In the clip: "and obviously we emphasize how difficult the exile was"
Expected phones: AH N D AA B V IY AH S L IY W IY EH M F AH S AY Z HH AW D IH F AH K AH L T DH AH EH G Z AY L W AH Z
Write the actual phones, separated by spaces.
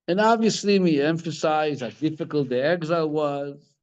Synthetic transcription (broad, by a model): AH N AA B V IY AH S L IY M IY EH M F AH S AY Z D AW D IH F AH K AH L T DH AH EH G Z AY W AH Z